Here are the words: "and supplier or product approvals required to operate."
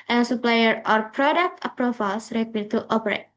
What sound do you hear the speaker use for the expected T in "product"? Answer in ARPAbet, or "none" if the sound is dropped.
T